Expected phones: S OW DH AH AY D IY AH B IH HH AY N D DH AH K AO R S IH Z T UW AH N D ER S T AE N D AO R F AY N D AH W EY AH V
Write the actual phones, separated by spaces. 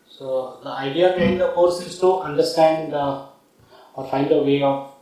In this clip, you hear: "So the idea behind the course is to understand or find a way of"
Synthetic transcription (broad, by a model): S OW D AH AY D IY AH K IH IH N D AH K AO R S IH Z T UW AH N D ER S T AE N D AO R F AY N D AH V EY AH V